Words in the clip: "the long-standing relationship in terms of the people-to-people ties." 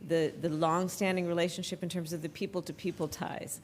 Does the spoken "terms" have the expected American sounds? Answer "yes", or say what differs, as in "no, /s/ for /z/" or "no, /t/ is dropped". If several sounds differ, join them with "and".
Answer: yes